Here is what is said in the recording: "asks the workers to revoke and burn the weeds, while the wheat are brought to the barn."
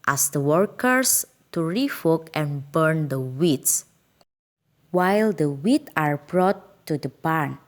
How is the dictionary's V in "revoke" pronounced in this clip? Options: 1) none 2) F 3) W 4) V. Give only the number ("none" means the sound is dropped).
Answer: 2